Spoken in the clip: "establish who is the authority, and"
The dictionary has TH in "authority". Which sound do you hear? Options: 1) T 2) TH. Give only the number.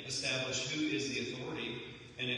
2